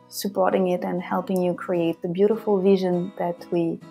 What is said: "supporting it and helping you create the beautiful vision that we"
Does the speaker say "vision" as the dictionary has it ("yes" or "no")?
yes